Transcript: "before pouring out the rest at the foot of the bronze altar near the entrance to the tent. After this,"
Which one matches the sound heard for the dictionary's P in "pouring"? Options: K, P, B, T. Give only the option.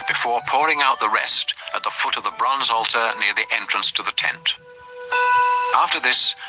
P